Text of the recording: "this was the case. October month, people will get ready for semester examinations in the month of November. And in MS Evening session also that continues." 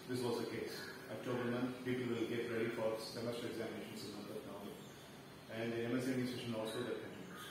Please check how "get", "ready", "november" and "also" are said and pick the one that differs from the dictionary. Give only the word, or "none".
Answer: november